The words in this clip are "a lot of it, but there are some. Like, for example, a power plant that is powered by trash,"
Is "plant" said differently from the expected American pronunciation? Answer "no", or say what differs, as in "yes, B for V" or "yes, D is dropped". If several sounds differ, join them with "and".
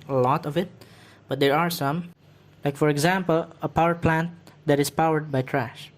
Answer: no